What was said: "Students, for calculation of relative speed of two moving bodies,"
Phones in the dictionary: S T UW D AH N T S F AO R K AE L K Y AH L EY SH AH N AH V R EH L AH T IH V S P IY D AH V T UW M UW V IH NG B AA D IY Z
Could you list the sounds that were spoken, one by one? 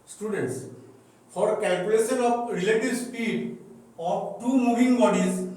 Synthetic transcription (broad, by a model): S T UW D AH N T S P AO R K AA L K Y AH L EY S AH N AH P R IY L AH T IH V S P IY D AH P T UW M UW B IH NG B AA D IY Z